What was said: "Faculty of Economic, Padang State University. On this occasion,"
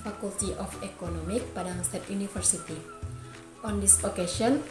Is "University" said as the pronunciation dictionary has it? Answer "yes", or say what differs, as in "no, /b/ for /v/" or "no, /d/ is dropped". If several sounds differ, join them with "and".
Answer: no, /f/ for /v/